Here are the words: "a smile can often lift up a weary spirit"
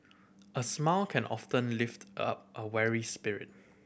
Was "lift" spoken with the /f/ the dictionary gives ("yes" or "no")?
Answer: yes